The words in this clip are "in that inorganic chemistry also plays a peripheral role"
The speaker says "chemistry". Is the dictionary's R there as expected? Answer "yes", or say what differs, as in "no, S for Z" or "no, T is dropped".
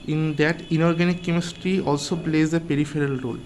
yes